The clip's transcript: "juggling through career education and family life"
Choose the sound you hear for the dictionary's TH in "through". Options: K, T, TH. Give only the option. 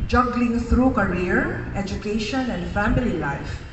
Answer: T